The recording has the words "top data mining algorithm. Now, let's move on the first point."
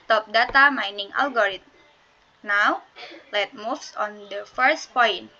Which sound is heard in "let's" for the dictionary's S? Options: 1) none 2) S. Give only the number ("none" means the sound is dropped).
1